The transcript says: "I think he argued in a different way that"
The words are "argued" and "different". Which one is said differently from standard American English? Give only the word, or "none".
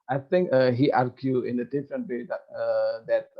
argued